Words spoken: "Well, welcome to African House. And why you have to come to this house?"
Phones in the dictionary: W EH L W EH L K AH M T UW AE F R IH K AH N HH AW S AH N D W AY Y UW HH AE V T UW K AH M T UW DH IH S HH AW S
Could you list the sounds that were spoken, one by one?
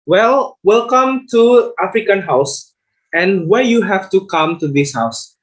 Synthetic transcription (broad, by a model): W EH L W EH L K AH M T UW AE F R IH K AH N HH AW S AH N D W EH Y UW HH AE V T UW K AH M T UW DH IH S HH AW S